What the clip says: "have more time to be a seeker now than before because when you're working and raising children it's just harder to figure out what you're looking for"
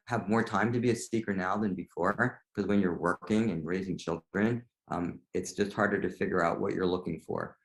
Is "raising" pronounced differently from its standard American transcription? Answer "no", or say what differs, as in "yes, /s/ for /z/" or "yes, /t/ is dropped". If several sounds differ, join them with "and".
no